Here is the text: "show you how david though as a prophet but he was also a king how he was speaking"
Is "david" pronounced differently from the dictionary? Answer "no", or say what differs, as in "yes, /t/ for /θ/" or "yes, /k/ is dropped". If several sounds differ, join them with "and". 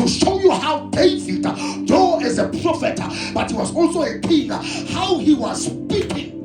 yes, /f/ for /v/